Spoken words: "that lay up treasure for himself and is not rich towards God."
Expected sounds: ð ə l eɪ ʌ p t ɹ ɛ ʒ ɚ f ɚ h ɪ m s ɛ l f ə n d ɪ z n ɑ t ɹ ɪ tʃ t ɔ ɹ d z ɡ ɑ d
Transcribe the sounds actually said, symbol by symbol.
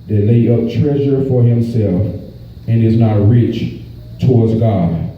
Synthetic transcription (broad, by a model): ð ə l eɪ ʌ p t ɹ ɛ ʒ ɚ f ɚ h ɪ m s ɛ l f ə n ɪ z n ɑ t ɹ ɪ tʃ t ɔ ɹ d z ɡ ɑ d